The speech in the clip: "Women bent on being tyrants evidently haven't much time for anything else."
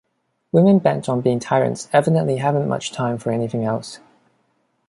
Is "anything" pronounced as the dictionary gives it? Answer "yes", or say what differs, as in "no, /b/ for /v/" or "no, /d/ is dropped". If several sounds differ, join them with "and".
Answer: yes